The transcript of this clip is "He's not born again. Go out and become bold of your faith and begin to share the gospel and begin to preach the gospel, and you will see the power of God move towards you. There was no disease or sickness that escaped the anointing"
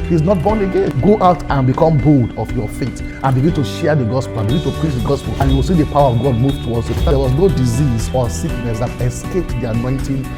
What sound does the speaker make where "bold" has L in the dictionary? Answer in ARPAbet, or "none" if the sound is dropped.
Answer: L